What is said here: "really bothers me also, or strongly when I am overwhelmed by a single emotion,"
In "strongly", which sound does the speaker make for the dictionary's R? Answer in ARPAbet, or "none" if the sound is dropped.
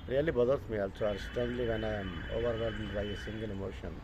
none